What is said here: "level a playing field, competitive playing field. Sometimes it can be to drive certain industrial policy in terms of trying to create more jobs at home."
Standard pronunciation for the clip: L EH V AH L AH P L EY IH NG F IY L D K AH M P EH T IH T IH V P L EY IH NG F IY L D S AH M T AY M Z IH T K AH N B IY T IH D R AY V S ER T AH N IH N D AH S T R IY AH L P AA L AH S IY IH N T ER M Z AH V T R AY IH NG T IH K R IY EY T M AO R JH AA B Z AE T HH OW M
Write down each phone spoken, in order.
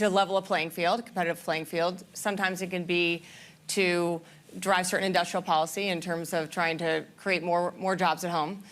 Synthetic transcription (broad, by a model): L EH V L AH P L EY IH NG F IY L D K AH M P EH T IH T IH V P L EY IH NG F IY L D S AH M T AY M Z IH T K AH N B IY T IH D R AY V S ER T N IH N D AH S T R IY L P AA L AH S IY IH N T ER M Z AH V T R AY IH NG T IH K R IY EY T M AO R JH AA B Z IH T HH OW M